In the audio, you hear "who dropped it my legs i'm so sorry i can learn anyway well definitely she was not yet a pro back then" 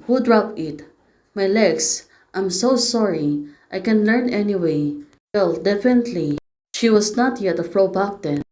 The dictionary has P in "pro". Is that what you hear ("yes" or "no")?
no